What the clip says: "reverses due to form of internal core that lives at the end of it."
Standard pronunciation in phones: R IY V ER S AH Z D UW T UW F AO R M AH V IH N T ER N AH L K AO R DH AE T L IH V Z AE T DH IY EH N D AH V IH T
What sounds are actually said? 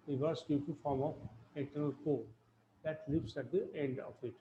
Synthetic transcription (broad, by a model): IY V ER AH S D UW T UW F AO R M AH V IH N T ER N AH L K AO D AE T L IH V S AE T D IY EH N D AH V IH T